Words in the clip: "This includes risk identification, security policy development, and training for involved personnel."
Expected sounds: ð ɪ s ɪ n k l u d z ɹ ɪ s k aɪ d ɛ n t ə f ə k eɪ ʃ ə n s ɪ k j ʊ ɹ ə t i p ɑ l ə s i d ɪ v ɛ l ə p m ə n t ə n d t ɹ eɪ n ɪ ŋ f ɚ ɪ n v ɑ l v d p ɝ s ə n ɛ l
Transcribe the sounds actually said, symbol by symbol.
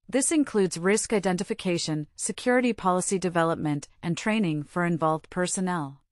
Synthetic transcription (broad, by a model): ð ɪ s ɪ n k l u d z ɹ ɪ s k aɪ d ɛ n t ə f ə k eɪ ʃ ə n s ɪ k j ʊ ɹ ə t i p ɑ l ə s i d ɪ v ɛ l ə p m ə n t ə n t ɹ eɪ n ɪ ŋ f ɚ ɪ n v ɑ l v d p ɝ s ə n ɛ l